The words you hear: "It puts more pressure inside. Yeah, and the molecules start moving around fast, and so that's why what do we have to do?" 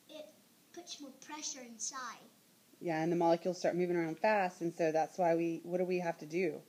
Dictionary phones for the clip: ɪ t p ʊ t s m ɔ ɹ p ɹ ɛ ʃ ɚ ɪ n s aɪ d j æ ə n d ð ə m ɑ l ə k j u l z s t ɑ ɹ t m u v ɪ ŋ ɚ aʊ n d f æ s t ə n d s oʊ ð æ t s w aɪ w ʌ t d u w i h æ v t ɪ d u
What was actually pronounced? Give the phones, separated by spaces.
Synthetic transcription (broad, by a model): ɪ t p ʊ t s m ɔ ɹ p ɹ ɛ ʃ ɚ ɪ n s aɪ d j æ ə n ð ə m ɑ l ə k j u l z s t ɑ ɹ t m u v ɪ ŋ ɚ aʊ n d f æ s t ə n s oʊ ð æ t s w aɪ w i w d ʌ w i h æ f t ɪ d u